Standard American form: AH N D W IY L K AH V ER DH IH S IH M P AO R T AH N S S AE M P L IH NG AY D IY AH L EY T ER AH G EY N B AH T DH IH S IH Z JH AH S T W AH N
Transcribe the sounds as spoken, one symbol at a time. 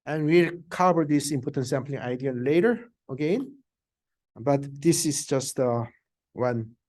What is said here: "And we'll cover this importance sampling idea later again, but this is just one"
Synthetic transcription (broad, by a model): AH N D W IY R K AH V ER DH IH S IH M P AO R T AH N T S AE M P L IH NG AY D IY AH L EY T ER AH G EY N B AH T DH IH S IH S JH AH S T W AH N